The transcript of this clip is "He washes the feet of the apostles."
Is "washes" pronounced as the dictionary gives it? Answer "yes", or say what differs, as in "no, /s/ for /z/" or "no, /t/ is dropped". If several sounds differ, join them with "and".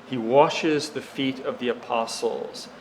yes